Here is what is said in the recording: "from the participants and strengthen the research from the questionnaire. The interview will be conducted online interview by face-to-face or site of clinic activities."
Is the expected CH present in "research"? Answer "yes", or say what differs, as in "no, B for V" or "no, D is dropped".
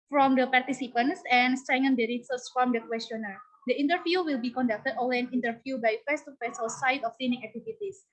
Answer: no, S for CH